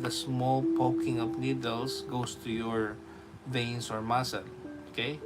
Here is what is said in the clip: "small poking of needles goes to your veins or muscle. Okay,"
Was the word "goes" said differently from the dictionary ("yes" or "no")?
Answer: yes